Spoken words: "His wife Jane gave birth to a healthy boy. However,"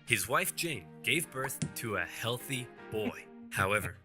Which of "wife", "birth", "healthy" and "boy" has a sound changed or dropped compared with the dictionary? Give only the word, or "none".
none